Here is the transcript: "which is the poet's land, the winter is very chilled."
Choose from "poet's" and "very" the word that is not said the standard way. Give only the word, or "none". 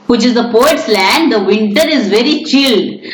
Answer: none